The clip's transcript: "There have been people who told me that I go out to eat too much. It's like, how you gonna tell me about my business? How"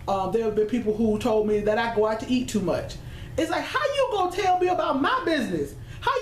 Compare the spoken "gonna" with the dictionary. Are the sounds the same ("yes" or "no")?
no